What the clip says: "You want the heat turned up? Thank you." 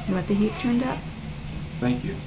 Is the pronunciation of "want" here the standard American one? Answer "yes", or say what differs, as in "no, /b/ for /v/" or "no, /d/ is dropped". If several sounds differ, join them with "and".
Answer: no, /n/ is dropped